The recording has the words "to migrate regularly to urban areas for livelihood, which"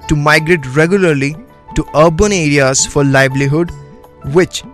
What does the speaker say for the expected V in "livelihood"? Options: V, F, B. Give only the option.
B